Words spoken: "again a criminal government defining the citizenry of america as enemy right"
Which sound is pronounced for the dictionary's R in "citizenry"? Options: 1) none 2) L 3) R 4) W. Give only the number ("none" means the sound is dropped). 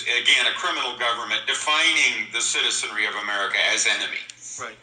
3